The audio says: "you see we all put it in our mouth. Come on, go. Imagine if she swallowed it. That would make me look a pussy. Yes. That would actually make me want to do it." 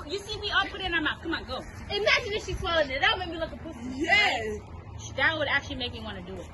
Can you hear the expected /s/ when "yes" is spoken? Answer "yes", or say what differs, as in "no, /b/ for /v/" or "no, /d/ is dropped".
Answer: no, /ʃ/ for /s/